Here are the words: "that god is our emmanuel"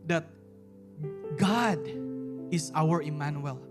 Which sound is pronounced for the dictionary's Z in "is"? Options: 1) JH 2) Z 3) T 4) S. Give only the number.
4